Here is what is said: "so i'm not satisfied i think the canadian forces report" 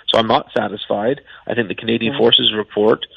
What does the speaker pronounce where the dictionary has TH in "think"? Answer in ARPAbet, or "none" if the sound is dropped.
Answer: TH